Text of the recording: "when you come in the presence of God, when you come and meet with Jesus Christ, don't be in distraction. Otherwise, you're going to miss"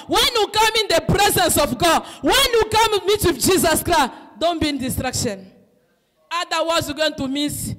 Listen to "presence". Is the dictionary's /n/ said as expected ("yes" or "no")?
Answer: yes